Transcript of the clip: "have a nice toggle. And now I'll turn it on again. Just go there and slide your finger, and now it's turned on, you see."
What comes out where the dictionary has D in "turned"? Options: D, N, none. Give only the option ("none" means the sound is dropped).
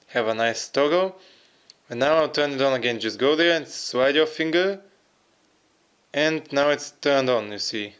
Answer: D